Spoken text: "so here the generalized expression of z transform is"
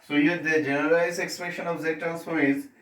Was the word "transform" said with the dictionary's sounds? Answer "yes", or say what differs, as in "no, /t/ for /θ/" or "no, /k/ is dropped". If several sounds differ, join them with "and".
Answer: no, /ɹ/ is dropped and /l/ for /n/ and /f/ is dropped